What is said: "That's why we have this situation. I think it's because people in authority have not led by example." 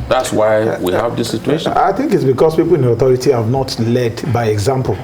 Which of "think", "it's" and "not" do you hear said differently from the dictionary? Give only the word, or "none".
none